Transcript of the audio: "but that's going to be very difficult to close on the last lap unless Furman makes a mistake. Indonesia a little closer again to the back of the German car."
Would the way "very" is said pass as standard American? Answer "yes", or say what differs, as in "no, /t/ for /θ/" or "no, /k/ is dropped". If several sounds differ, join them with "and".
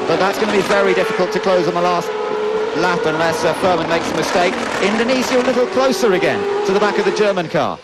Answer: yes